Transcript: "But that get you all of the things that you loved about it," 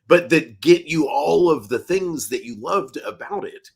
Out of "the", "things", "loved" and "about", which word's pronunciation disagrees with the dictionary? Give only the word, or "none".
none